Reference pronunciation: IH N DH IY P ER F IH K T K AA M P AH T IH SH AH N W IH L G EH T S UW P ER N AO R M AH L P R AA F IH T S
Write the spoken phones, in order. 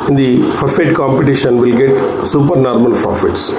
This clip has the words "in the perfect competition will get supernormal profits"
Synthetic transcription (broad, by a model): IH N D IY F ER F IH T K AA M P AH T IH SH AH N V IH L G EH T S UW P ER N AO R M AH L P R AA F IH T S